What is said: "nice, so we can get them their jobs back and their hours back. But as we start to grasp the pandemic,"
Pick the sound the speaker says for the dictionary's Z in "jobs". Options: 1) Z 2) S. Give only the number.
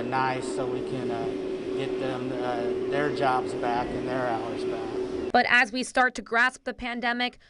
1